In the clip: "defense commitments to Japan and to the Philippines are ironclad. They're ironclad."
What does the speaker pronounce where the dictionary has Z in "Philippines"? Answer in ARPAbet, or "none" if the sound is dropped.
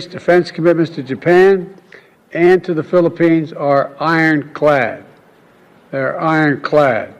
Z